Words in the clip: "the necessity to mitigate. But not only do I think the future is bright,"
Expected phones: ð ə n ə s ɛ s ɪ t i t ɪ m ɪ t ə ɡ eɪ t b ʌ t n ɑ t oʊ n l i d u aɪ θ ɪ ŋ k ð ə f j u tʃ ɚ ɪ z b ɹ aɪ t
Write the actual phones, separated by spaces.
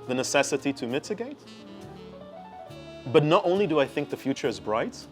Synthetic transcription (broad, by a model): ð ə n ə s ɛ s ɪ t i t ɪ m ɪ t ə ɡ eɪ t b ʌ t n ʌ t oʊ n l i d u aɪ θ ɪ ŋ k ð ə f j u tʃ ɚ ɪ z b ɹ aɪ t